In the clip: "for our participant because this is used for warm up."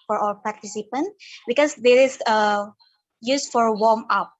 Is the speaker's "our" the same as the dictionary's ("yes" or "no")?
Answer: no